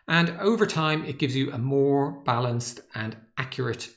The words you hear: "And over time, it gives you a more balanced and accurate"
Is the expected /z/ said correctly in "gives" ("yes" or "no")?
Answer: yes